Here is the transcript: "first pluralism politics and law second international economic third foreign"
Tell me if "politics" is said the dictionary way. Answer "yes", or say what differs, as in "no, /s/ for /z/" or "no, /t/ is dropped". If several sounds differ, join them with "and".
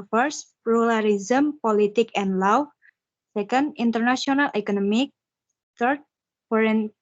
no, /s/ is dropped